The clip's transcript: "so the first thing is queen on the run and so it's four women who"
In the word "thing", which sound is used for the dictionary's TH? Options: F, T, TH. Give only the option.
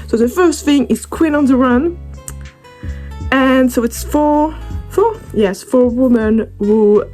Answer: TH